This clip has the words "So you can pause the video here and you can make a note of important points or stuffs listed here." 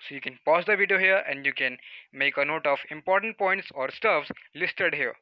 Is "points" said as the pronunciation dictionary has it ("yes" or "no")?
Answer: yes